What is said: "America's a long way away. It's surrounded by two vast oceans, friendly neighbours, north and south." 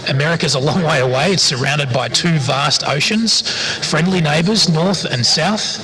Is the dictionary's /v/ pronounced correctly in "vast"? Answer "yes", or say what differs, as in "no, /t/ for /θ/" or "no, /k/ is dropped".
yes